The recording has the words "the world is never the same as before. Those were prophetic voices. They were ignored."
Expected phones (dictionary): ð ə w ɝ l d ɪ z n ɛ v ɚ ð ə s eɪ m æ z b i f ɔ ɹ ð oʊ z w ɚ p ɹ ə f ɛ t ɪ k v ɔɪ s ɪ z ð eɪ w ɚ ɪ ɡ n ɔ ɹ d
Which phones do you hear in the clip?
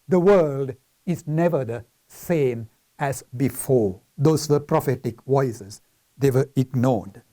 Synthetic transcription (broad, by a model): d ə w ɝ l d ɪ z n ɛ v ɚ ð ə s eɪ m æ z b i f ɔ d oʊ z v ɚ p ɹ ə f ɛ t ɪ k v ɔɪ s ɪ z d eɪ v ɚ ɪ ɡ n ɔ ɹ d